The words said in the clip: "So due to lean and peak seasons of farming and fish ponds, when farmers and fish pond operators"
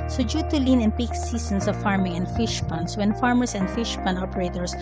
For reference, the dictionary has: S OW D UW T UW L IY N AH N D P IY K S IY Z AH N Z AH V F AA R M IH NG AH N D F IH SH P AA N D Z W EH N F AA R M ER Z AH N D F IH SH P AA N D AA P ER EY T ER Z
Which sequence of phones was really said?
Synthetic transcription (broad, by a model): S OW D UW T UW L IY N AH N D P IY K S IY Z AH N S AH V F AA R M IH NG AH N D F IH SH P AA N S W EH N F AA R M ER S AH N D F IH SH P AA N AA P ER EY T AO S